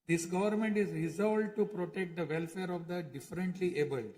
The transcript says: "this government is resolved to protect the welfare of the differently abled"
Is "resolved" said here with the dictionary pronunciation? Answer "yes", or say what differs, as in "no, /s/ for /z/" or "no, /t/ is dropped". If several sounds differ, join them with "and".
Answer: no, /v/ is dropped